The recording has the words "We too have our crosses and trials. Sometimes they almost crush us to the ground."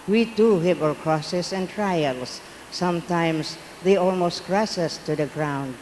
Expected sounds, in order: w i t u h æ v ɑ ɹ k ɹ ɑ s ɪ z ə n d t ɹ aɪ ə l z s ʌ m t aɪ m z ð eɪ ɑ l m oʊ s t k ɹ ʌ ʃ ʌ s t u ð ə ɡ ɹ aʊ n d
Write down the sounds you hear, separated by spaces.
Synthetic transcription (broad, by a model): w i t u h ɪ p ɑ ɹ k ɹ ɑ s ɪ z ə n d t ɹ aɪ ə l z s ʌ m t aɪ m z ð eɪ ɑ l m oʊ s t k ɹ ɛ s ʌ s t u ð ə ɡ ɹ aʊ n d